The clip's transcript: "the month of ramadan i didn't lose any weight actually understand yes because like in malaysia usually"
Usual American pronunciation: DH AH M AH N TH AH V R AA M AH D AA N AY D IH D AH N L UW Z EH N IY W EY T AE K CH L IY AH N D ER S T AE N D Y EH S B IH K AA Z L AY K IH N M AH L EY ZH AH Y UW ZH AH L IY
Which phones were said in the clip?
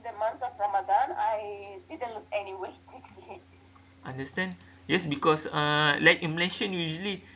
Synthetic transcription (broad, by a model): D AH M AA N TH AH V R AA M AH D AA N AY D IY D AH N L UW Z EH N IY W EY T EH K S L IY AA N D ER S T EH N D Y EH S B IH K AA S L AY K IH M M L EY SH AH Y UW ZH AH L IY